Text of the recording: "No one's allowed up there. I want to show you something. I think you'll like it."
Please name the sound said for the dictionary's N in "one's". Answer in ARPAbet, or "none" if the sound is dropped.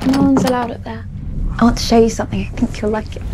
N